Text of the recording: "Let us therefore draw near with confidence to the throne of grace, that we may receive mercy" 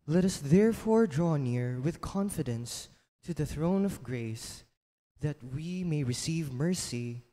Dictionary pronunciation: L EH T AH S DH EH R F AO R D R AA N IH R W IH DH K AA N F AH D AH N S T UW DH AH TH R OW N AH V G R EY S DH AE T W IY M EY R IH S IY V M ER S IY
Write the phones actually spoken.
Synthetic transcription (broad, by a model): L EH T AH S DH EH R F AO R D R AA N IH R W IH DH K AA N F AH D AH N S T UW DH AH TH R OW N AH V G R EY S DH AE T W IY M EY R IH S IY V M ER S IY